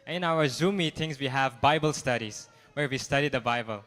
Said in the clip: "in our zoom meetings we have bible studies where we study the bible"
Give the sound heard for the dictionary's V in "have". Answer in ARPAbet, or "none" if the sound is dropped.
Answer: V